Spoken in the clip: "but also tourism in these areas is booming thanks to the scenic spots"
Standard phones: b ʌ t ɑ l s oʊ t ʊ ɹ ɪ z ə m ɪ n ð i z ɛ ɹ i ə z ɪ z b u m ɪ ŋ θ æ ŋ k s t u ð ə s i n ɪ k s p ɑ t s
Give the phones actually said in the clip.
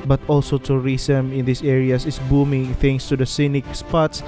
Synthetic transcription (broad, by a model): b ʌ t ɑ l s oʊ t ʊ ɹ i s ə m ɪ n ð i s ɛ ɹ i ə s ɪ s b u m ɪ ŋ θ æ ŋ s t u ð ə s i n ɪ k s p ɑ t s